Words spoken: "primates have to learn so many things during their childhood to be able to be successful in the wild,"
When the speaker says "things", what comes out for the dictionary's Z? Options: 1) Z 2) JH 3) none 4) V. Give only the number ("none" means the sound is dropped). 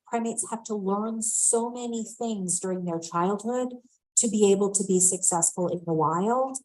1